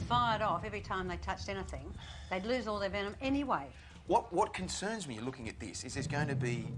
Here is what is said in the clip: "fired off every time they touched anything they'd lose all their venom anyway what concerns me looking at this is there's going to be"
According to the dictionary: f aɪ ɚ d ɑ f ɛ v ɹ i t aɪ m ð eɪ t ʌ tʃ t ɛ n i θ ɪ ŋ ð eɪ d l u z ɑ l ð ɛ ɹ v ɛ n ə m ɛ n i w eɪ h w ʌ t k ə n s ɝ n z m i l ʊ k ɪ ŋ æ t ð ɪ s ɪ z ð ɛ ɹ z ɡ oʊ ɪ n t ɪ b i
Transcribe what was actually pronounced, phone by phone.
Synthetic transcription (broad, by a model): f aɪ ɚ d ɑ f ɛ v ɹ i t aɪ m ð eɪ t ʌ tʃ t ɛ n i θ ɪ ŋ ð eɪ d l u z ɑ l ð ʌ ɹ v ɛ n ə m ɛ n i w eɪ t w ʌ t k ə n s ɝ n z m i l ʊ k ɪ ŋ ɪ t ð ɪ s ɪ z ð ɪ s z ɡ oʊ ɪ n t ɪ b i